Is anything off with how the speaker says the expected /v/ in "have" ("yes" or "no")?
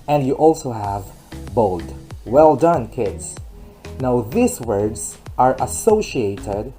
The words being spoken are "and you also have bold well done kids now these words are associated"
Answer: no